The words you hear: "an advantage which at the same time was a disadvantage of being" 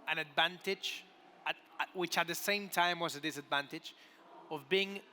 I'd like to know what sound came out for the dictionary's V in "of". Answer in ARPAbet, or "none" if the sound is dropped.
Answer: V